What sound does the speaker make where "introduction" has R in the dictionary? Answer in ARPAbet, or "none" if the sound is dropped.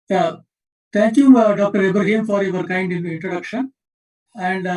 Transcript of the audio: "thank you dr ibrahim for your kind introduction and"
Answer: R